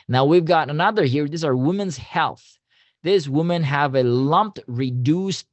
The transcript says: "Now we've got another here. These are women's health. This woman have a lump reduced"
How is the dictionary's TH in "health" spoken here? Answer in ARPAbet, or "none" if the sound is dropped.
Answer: TH